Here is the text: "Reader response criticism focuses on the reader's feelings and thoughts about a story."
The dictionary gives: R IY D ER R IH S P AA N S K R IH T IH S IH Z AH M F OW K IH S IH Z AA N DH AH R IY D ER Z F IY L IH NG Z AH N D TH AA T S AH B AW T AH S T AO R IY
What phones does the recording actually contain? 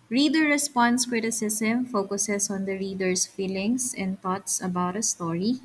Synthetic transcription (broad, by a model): R IY D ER R IH S P AA N S K R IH T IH S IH S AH M F OW K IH S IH S AA N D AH R IY D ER S F IY L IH NG S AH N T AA T S AH B AW T AH S T AO R IY